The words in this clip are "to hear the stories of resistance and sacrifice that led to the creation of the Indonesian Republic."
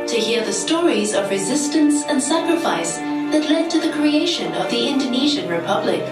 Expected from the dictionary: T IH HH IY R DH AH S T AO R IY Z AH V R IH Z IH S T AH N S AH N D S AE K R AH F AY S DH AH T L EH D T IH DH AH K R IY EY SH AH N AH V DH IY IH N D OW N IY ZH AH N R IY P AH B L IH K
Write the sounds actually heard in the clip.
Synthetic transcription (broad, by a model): T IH HH IY R DH AH S T AO R IY Z AH V R IH Z IH S T AH N S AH N S AE K R AH F AY S DH AH T L EH D T IH DH AH K R IY EY SH AH N AH V DH IY IH N D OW N IY ZH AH N R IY P AH B L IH K